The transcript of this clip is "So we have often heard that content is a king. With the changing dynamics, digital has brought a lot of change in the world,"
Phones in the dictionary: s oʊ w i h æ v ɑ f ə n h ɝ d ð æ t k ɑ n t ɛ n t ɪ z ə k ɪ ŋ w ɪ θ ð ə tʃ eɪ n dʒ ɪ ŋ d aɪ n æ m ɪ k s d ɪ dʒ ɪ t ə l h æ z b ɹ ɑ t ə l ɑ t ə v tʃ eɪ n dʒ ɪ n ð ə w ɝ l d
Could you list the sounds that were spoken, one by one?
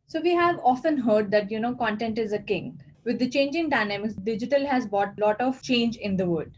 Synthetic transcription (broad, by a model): s oʊ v i h æ v ɑ f ə n h ɝ d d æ t k ɑ n t ɛ n t ɪ z ə k ɪ ŋ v ɪ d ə tʃ eɪ n dʒ ɪ ŋ d aɪ n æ m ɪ k s d ɪ dʒ ɪ t ə l h æ z b ɑ t l ɑ t ə v tʃ eɪ n dʒ ɪ n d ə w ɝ d